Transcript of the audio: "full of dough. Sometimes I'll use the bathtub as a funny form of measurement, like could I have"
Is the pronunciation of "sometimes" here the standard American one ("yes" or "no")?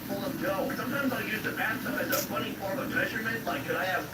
yes